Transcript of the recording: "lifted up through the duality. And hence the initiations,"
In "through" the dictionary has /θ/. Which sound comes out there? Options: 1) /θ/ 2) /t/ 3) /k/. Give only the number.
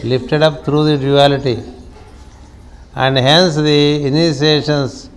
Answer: 2